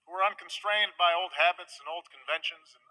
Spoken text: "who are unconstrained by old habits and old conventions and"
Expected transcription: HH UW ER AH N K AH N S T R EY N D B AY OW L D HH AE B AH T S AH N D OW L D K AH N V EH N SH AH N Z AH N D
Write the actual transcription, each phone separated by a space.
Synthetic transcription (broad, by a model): HH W ER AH N K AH N S T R EY N D B AY OW L D HH AE B AH T S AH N OW L D K AH N V EH N SH AH N Z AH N